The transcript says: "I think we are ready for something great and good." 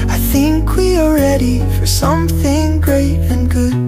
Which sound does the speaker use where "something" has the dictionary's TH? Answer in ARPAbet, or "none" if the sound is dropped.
TH